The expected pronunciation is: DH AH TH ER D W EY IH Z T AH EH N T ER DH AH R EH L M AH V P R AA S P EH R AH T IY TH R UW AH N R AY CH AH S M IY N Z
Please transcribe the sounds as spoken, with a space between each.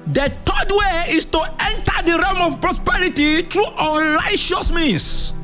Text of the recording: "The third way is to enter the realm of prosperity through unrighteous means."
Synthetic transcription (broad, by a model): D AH T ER D W EY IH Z T AH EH N T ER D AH R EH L M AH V P R AA S P EH R AH T IY T R UW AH N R AY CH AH S M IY N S